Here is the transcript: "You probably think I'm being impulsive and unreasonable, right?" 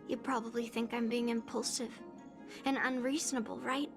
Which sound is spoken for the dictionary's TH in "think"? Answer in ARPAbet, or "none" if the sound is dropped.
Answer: TH